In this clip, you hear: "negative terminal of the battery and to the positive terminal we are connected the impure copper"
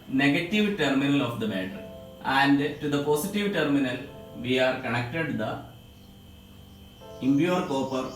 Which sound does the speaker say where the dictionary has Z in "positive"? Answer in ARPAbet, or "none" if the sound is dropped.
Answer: S